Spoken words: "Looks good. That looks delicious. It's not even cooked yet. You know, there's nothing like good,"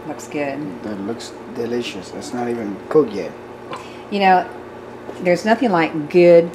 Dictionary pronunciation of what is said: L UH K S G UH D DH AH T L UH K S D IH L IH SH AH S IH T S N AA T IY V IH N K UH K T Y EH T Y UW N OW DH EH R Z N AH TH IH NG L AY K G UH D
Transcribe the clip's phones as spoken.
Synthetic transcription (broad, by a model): L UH K S G UH D DH AH T L UH K S D IH L IH SH AH S IH T S N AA T IY V IH N K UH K Y EH T Y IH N OW DH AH R Z N AH TH IH NG L AY K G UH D